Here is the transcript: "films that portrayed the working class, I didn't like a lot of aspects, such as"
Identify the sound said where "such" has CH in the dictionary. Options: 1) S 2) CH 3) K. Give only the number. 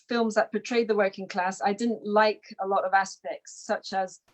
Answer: 2